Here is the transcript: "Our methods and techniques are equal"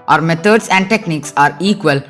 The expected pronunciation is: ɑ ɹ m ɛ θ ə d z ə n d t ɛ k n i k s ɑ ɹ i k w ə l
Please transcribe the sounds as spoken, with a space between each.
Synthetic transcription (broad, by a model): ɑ ɹ m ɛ t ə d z ə n d t ɛ k n i k s ɑ ɹ i k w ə l